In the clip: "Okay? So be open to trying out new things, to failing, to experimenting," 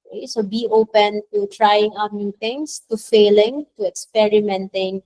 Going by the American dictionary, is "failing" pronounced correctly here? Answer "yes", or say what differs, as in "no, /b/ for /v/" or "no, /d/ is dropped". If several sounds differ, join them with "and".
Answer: yes